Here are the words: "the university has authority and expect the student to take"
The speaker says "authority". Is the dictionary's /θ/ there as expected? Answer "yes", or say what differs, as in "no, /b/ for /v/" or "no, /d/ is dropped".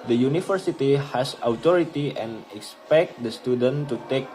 no, /t/ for /θ/